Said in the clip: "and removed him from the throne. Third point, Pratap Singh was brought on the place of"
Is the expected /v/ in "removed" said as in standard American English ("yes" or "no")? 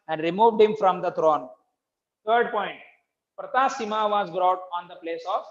yes